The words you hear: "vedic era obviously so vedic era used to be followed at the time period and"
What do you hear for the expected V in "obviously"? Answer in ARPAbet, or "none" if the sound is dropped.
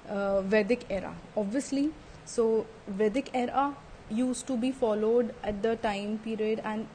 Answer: V